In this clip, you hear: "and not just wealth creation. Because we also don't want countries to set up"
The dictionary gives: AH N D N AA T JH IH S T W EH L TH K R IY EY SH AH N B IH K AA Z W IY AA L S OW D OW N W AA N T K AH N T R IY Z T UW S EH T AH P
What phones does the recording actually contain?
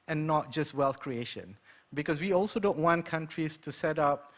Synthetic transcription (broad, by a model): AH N N AA T JH IH S T W EH L TH K R IY EY SH AH N B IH K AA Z W IY AA L S OW D OW N W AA N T K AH N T R IY S T UW S EH T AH P